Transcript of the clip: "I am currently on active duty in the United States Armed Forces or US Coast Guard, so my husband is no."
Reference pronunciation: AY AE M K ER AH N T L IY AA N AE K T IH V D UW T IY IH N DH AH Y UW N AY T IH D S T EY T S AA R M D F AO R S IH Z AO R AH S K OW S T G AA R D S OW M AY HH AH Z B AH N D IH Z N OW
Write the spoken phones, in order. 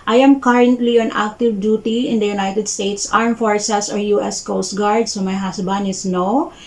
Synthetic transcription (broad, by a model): AY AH M K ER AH N T L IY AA N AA K T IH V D UW T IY IH N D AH Y UW N AY T IH D S T EY T S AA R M F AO R S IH S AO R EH S K OW S T G AA R D S OW M AY HH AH S B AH N IH S N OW